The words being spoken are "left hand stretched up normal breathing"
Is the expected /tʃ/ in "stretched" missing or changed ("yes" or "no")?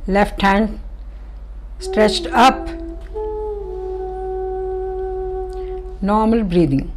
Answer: no